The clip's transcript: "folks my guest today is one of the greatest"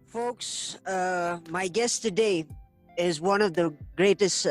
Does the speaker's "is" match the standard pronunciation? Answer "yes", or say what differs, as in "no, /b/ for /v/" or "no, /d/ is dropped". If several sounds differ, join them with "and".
yes